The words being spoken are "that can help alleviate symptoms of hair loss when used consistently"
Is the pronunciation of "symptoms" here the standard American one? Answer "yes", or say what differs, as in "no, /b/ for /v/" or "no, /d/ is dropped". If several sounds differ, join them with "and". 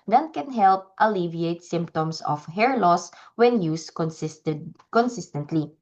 no, /s/ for /z/